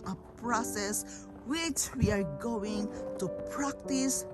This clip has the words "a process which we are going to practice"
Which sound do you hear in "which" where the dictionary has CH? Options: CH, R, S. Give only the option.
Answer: CH